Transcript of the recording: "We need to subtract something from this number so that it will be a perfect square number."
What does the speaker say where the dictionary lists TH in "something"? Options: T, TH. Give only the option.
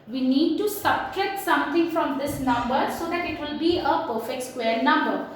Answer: T